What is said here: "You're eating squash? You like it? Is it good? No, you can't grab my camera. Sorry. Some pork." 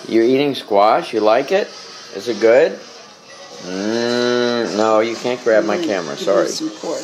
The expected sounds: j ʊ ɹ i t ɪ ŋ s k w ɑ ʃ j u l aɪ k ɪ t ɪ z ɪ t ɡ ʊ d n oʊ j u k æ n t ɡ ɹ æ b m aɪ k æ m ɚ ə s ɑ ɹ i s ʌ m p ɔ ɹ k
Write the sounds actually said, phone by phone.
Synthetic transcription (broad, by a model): j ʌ ɹ i t ɪ ŋ s k w ɑ ʃ j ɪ l aɪ k ɪ t ɪ z ɪ t ɡ ʊ d n oʊ j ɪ k æ n ɡ ɹ æ b m aɪ k æ m ɚ ə s ɑ ɹ i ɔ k